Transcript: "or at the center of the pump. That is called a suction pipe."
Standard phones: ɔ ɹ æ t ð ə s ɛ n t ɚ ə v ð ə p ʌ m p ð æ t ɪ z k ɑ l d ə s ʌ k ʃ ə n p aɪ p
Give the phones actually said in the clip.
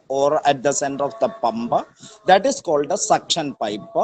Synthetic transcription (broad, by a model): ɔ ɹ æ t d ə s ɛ n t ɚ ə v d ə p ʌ m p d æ t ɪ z k ɑ l d ə s ʌ k ʃ ə n p aɪ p